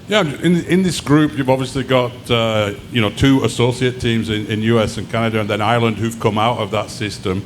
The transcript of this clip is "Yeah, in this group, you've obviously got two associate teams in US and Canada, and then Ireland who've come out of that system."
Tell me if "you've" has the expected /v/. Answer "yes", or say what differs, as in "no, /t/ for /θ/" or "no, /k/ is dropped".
yes